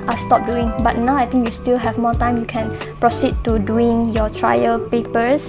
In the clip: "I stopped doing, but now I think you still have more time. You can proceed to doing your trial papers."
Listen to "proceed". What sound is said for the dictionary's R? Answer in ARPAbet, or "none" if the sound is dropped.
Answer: R